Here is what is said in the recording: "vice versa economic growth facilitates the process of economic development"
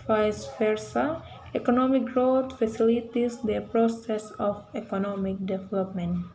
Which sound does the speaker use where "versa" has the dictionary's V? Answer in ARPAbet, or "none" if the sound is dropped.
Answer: F